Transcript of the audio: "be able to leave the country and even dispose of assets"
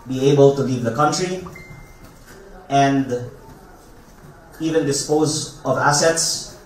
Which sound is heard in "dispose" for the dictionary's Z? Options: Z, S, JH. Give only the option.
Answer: Z